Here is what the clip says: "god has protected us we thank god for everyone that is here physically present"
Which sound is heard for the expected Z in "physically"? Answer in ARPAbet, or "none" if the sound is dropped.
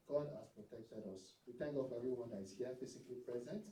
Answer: S